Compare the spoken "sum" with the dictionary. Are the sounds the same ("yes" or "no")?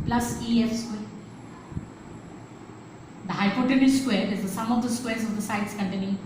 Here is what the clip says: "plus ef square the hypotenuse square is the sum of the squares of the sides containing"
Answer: yes